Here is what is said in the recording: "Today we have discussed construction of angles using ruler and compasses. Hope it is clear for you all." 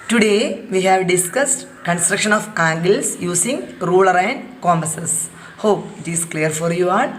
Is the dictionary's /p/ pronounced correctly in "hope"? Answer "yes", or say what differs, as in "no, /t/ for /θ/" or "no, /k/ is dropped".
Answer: yes